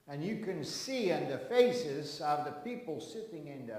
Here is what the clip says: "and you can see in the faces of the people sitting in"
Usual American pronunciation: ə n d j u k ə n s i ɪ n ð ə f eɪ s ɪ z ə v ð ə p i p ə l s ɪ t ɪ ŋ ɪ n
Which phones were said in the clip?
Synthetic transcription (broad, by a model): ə n j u k ə n s i ɪ n ð ə f eɪ s ɪ z ə v ð ə p i p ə l s ɪ t ɪ ŋ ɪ n